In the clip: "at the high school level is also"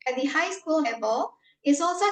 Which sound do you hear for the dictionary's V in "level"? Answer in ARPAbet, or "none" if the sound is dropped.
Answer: B